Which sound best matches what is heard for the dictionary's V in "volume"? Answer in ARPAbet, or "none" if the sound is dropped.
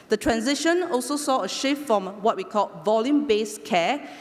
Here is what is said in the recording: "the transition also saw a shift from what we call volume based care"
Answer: V